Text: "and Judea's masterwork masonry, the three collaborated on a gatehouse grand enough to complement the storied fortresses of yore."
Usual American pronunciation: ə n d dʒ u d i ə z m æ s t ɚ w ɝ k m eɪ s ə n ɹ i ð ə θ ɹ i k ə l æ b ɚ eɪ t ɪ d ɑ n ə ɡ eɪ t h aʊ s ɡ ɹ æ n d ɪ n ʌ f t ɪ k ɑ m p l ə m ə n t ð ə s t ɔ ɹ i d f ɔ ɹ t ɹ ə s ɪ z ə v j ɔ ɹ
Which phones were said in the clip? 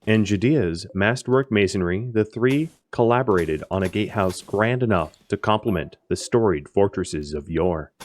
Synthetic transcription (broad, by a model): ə n dʒ u d i ə z m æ s t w ɝ k m eɪ s ə n ɹ i ð ə θ ɹ i k ə l æ b ɚ eɪ t ɪ d n ə ɡ eɪ t h aʊ s ɡ ɹ æ n d ɪ n ʌ f t ɪ k ɑ m p l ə m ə n ð ə s t ɔ ɹ i d f ɔ ɹ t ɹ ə s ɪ z ə v j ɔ ɹ